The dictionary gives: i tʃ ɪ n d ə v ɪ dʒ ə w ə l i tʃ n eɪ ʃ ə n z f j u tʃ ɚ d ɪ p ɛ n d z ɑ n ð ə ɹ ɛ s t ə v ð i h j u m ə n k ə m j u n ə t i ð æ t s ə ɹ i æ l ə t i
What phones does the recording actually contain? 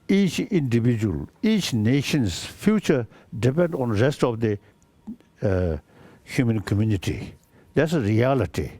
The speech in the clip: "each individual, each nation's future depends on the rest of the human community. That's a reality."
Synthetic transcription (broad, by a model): i tʃ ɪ n d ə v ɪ dʒ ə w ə l i tʃ n eɪ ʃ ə n s f j u tʃ ɚ d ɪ p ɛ n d ɑ n ɹ ɛ s t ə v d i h j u m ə n k ə m j u n ə t i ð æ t s ə ɹ i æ l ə t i